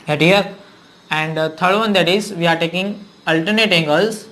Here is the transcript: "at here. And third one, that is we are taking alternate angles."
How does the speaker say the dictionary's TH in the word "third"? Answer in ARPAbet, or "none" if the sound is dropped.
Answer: T